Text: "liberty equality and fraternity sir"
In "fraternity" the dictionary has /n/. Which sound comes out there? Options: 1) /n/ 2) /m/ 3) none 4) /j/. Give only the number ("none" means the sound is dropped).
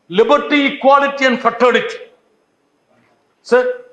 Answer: 3